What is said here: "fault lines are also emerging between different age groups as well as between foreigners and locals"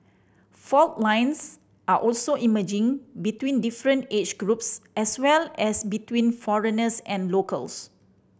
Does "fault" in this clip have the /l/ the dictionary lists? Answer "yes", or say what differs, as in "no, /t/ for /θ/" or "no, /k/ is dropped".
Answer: yes